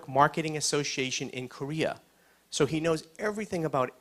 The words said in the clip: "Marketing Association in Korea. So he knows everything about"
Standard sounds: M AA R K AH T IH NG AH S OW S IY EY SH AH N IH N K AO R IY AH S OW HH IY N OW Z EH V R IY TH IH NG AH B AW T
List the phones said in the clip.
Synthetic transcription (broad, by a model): M AA R K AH T IH NG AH S OW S IY EY SH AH N IH N K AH R IY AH S OW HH IY N OW Z EH V R IY TH IH NG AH B AW T